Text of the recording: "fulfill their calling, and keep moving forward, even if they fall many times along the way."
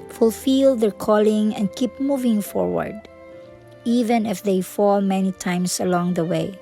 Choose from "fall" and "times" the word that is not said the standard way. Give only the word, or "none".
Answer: times